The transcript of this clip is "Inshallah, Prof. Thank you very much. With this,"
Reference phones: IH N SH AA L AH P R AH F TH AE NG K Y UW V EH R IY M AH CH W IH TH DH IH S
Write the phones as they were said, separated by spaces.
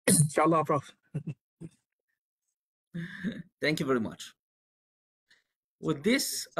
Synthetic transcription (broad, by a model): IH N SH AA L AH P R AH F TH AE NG K Y UW V EH R IY M AH CH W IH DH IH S